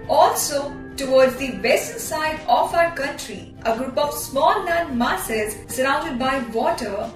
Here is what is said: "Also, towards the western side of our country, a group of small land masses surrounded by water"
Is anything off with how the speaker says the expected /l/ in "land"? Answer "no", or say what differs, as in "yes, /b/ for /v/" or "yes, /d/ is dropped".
yes, /n/ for /l/